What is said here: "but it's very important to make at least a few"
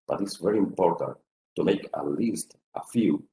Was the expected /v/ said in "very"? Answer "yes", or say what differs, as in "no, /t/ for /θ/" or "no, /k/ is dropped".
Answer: yes